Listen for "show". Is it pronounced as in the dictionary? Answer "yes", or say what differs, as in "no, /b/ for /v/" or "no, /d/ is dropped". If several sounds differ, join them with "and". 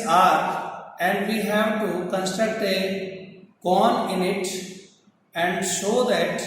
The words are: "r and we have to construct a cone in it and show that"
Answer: no, /s/ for /ʃ/